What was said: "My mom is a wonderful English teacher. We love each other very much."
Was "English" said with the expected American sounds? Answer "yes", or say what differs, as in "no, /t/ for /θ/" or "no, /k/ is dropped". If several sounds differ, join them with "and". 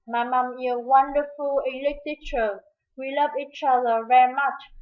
no, /ŋ/ is dropped